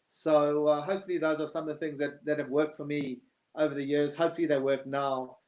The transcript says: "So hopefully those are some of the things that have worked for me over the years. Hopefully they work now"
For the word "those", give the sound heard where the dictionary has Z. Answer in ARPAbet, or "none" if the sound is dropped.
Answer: Z